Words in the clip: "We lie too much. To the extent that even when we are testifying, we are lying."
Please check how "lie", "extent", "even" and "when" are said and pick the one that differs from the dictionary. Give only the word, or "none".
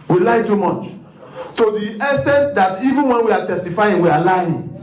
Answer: extent